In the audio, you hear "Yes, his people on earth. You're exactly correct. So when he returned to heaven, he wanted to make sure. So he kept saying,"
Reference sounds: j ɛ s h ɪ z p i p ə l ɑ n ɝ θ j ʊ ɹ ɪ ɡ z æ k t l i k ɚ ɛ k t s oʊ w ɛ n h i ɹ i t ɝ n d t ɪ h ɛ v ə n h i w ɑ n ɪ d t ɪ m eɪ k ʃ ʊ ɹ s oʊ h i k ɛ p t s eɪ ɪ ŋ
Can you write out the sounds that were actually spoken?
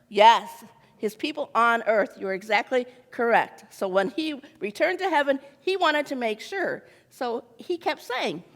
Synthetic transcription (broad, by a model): j ɛ s h ɪ z p i p l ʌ n ɝ θ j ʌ ɹ ɪ ɡ z æ k t l i k ɚ ɛ k t s oʊ w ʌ n i ɹ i t ɝ n t ɪ h ɛ v ə n i w ɑ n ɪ d t ɪ m eɪ k ʃ ʊ ɹ s oʊ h i k ɛ p t s eɪ ɪ ŋ